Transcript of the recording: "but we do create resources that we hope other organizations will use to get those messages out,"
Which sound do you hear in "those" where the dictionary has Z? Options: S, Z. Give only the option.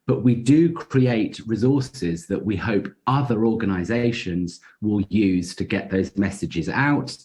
Z